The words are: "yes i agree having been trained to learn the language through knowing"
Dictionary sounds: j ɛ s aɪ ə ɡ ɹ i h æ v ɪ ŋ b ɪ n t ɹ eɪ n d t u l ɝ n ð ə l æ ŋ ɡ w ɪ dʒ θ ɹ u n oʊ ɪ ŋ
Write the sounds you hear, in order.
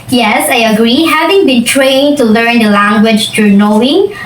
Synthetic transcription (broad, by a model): j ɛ s aɪ ə ɡ ɹ i h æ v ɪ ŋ b ɪ n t ɹ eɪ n t u l ɝ n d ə l æ ŋ ɡ w ɪ dʒ t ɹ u n oʊ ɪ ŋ